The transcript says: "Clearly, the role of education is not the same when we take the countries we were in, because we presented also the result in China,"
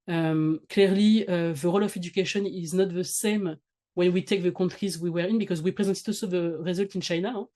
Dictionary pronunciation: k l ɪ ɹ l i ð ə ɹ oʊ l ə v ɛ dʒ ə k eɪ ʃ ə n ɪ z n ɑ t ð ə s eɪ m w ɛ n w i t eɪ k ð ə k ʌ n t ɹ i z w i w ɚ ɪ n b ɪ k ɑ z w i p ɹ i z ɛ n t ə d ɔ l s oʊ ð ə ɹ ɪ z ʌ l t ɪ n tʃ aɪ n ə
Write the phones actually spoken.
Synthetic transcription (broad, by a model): k l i ɹ l i ð ə ɹ oʊ l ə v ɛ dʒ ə k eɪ ʃ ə n ɪ z n ɑ t ð ə s eɪ m w ɛ n w i t eɪ k ð ə k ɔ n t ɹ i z w i w ɚ ɪ n b ɪ k ɑ z w i p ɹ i z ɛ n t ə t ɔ s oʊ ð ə ɹ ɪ z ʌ l t ɪ n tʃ aɪ n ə